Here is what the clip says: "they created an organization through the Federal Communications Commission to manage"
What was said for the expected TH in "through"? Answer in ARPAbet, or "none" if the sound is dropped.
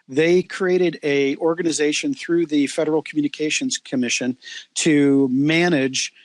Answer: TH